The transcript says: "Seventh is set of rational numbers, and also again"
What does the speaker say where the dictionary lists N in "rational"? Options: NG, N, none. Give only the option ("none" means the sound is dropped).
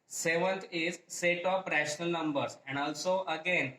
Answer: N